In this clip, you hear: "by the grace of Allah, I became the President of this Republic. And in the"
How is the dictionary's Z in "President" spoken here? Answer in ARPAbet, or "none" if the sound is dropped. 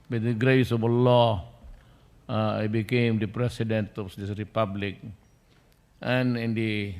S